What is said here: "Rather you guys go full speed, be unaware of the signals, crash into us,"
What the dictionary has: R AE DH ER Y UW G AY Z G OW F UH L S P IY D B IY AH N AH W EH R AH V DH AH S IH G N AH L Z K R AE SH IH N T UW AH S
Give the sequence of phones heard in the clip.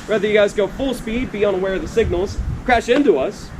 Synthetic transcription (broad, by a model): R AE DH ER Y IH G AY Z G OW F UH L S P IY D B IY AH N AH W EH R AH V DH AH S IH G N L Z K R AE SH IH N T UW AH S